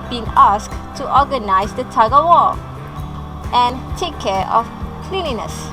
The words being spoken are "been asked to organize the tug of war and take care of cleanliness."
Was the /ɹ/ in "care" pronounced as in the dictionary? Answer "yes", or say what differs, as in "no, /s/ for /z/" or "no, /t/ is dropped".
yes